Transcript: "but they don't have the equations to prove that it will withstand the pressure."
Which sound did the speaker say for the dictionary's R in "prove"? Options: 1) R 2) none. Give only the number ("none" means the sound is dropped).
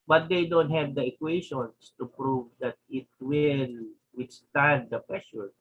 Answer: 1